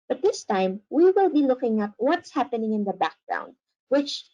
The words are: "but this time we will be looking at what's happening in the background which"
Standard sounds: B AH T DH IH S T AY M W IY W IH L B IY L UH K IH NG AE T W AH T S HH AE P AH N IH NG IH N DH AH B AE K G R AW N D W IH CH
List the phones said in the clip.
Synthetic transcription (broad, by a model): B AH T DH IH S T AY M W IY W IH L B IY L UH K IH NG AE T W AH T S HH AE P AH N IH NG IH N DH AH B AE K G R AW N D W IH CH